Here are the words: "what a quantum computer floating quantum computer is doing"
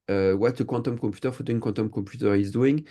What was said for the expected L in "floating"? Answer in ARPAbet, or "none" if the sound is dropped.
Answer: none